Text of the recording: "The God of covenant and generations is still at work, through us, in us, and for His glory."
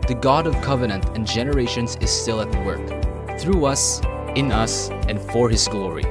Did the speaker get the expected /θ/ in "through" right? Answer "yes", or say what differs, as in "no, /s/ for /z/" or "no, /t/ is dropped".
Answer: yes